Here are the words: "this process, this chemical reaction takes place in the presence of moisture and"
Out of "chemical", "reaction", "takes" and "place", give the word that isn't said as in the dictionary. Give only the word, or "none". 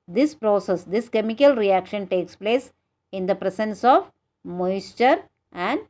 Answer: none